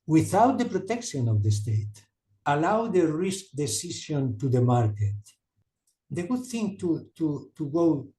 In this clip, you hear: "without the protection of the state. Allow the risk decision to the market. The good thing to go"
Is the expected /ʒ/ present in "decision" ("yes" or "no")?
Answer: no